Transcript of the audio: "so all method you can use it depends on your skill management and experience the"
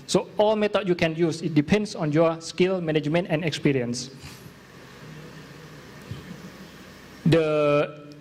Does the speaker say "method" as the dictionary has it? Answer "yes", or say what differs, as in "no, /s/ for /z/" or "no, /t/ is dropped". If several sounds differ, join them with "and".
no, /t/ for /θ/